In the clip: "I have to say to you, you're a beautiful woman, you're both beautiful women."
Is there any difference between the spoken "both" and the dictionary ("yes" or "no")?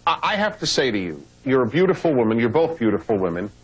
no